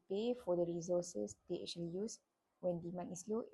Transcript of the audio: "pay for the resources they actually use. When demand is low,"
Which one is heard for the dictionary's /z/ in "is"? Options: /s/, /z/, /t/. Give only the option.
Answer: /s/